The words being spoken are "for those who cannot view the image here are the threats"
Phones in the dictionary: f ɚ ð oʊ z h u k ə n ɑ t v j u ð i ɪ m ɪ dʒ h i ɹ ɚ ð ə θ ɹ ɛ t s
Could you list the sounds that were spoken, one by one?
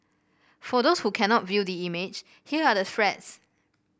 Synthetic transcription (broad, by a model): f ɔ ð oʊ s h u k ə n ɑ t v j u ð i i m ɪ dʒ h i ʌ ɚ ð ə f ɹ ɛ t s